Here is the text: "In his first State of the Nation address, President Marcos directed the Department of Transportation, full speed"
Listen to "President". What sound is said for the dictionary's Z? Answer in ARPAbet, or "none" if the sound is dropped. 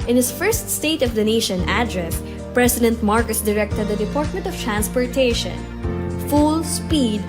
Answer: S